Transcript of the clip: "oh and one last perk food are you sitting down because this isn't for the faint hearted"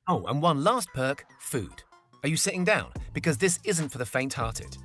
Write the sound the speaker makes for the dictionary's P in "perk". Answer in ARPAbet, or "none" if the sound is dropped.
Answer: P